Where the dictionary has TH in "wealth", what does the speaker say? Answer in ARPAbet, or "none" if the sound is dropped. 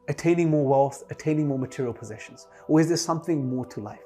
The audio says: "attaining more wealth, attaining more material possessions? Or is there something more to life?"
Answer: TH